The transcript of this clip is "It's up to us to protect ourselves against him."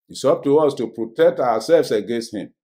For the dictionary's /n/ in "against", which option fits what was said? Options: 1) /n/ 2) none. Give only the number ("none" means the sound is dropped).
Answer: 1